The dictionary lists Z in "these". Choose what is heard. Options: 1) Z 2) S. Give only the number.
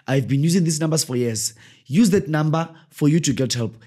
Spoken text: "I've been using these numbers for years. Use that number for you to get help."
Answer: 2